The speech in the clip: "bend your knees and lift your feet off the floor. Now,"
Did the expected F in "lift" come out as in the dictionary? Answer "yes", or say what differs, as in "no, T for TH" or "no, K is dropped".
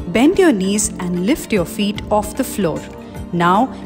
yes